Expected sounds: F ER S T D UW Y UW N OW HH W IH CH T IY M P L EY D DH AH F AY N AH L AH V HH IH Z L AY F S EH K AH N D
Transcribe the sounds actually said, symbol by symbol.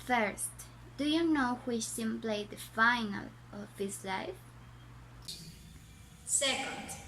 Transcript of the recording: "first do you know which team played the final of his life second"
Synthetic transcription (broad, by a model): F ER S T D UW Y UW N OW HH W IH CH S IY M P L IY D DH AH F AY N AH L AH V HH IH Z L AY F S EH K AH N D